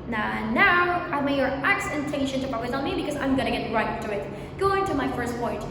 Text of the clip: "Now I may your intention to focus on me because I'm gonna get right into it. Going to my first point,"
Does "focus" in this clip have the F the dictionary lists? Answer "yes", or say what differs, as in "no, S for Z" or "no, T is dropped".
no, P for F